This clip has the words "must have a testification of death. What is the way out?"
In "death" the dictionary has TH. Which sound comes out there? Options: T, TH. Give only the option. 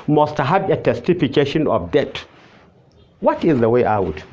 T